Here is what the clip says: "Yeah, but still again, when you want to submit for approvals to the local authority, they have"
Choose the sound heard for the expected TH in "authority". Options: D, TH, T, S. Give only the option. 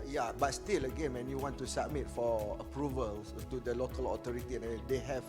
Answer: T